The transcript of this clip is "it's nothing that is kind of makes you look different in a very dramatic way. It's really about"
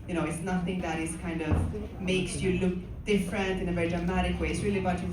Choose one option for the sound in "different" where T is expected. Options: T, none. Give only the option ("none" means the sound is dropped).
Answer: T